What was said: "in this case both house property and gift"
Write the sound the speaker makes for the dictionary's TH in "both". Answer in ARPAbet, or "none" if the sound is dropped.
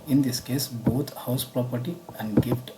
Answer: T